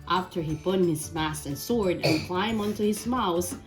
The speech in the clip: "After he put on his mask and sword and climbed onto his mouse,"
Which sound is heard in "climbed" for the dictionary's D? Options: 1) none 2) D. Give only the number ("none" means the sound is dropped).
1